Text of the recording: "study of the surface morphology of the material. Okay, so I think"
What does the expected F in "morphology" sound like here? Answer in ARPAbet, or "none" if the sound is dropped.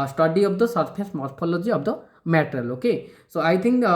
P